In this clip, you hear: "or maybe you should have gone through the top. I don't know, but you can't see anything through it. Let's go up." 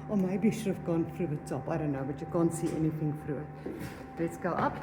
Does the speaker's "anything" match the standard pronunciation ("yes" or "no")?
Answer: yes